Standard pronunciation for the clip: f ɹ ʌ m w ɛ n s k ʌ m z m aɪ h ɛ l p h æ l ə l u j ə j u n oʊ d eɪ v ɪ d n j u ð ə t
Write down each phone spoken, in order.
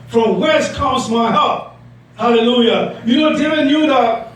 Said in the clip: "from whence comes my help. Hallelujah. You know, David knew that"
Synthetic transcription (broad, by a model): f ɹ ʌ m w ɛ s k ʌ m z m aɪ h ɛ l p h æ l ə l u j ə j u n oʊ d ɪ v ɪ n j u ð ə t